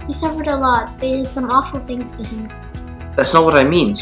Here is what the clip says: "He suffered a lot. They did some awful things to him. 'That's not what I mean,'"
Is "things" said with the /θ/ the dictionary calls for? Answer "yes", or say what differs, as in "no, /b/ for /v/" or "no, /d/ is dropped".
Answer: yes